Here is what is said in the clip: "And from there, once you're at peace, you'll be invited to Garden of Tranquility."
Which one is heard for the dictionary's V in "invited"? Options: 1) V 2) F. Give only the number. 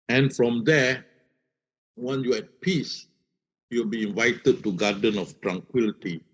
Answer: 1